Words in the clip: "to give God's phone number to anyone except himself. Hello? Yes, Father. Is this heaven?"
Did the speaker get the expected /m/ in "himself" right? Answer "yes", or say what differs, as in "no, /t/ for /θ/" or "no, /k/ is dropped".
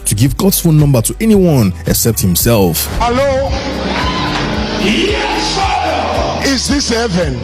yes